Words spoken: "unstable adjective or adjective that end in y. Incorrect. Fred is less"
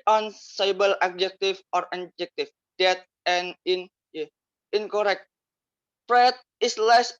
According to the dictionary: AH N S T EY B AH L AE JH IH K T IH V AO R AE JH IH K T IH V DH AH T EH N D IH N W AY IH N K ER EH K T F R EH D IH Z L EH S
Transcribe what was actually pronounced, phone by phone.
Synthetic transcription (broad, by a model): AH N S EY B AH L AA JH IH K T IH F AO R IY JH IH K T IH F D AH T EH N IH N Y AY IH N K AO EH K T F R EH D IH S L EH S